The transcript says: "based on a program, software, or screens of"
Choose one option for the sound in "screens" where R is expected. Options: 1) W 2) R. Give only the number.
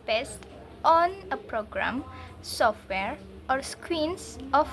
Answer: 1